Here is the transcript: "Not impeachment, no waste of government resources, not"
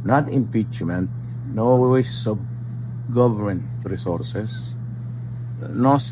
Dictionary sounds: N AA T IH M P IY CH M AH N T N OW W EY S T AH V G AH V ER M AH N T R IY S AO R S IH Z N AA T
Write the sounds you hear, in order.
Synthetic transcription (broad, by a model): N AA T IH M P IY CH M AH N T N OW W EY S AH B G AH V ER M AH N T R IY S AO R S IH S N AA